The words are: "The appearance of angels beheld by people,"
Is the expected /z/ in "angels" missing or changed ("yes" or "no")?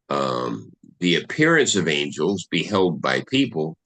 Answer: no